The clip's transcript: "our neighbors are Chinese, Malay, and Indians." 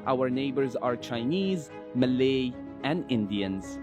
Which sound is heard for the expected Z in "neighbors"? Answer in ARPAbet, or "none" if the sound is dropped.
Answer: Z